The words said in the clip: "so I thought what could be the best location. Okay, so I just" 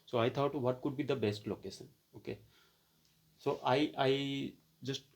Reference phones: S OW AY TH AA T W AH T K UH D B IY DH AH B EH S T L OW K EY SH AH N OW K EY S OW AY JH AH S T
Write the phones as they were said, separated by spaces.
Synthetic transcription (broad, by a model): S OW AY T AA T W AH T K UH D B IY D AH B EH S T L OW K EY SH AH N OW K EY S OW AY JH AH S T